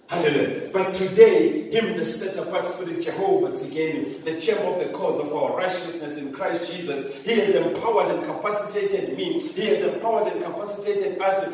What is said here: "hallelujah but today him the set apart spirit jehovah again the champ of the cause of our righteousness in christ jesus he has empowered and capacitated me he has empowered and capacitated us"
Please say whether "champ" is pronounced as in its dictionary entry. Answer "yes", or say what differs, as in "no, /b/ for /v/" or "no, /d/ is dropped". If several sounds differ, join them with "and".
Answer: no, /p/ is dropped